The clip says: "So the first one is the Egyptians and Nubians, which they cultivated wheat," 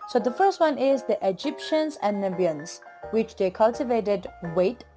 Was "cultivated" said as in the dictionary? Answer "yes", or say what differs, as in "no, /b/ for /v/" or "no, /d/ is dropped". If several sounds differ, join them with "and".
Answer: yes